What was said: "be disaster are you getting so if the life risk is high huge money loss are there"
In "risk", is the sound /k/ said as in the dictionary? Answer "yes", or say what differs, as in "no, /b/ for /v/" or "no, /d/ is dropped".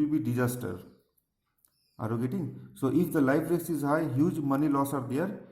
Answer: no, /k/ is dropped